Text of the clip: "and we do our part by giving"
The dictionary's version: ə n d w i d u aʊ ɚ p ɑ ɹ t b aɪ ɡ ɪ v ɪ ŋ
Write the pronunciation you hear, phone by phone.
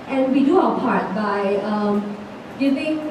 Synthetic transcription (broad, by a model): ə n w i d u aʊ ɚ p ɑ ɹ t b aɪ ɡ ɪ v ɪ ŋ